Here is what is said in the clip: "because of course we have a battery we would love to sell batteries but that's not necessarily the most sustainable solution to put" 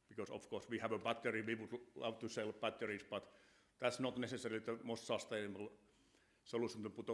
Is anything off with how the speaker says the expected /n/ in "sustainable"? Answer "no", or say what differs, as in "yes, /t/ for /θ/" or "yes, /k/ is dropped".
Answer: yes, /n/ is dropped